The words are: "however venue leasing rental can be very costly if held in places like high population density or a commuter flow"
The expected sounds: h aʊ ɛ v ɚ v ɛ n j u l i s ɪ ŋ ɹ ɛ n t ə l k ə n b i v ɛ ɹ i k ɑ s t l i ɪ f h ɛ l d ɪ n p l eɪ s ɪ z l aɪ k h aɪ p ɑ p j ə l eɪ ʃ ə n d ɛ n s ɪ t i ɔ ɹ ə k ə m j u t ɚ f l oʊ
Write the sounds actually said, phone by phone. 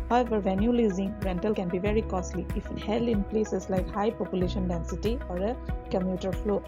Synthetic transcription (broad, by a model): h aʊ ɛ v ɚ v ɛ n j u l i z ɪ ŋ ɹ ɛ n t ə l k ə n b i v ɛ ɹ i k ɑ s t l i ɪ f h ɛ l ɪ n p l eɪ s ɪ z l aɪ k h aɪ p ɑ p j ə l eɪ ʃ ə n d ɛ n s ɪ t i ɔ ɹ ə k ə m j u t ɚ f l oʊ